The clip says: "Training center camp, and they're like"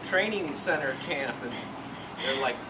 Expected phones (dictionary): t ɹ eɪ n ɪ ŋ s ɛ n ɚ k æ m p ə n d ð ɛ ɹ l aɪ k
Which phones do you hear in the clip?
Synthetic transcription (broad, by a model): t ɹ eɪ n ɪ ŋ s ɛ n ɚ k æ p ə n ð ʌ ɹ l aɪ k